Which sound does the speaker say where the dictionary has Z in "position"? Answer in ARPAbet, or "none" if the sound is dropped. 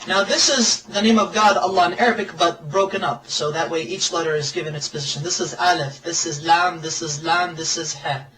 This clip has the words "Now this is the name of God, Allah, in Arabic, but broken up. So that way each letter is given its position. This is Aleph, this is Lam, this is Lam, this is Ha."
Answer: Z